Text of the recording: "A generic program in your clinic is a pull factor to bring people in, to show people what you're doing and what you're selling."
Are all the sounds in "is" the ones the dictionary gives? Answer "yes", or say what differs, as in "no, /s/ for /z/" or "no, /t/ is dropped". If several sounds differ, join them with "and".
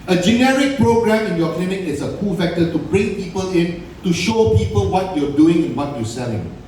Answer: no, /s/ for /z/